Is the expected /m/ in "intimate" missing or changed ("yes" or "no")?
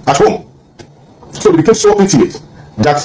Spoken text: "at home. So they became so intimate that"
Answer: yes